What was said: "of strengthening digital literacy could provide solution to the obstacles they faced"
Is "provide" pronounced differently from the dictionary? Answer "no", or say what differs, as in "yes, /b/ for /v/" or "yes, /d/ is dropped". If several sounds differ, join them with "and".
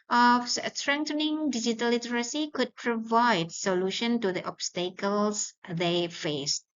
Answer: no